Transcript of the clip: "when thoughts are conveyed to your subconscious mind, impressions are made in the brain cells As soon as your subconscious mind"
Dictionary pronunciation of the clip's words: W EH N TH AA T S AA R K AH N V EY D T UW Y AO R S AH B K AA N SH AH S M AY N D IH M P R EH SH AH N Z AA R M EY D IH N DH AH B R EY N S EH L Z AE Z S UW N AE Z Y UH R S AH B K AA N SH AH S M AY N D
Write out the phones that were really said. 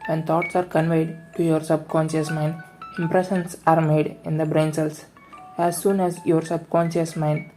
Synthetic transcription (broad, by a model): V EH N T AA T S AA R K AH N V EY D T UW Y AO R S AH B K AA N SH AH S M AY N D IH M P R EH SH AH N S AA R M EY D IH N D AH B R EY N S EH L S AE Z S UW N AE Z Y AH R S AH B K AA N SH AH S M AY N D